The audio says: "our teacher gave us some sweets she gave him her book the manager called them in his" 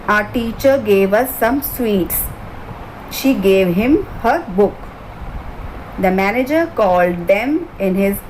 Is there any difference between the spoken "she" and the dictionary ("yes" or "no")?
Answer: no